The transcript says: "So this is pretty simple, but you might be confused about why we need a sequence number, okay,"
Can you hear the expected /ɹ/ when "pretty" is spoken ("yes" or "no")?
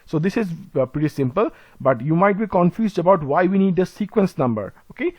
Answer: yes